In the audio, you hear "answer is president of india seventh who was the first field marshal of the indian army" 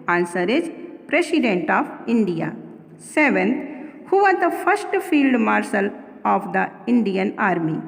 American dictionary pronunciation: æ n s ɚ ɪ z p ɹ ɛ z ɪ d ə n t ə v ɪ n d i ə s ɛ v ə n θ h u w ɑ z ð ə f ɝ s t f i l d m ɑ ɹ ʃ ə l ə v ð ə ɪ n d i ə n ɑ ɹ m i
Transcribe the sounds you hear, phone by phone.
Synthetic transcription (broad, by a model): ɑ n s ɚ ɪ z p ɹ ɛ s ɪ d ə n t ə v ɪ n d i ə s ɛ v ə n t h u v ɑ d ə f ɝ s t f i l d m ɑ ɹ s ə l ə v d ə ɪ n d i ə n ɑ ɹ m i